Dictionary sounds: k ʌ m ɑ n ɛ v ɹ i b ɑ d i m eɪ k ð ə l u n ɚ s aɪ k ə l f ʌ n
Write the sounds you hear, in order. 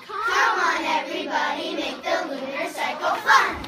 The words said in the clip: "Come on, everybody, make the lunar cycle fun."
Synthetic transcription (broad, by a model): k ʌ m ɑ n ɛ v ɹ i b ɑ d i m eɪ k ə w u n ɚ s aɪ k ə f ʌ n